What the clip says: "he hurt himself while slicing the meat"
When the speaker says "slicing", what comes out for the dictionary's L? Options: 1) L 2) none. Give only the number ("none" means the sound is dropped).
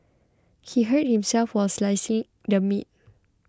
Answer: 1